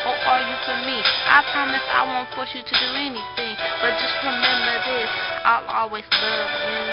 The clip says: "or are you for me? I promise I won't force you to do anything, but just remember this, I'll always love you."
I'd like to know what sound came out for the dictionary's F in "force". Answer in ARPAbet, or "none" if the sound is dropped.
P